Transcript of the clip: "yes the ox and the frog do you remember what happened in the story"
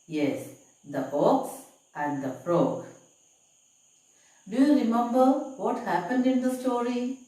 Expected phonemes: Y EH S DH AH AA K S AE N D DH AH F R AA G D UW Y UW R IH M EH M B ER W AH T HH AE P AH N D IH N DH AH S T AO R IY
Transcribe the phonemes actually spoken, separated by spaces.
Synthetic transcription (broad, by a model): Y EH S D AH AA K S AE N D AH P R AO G D UW Y UW R IH M EH M B ER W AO T HH AE P AH N D IH N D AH S T AO R IY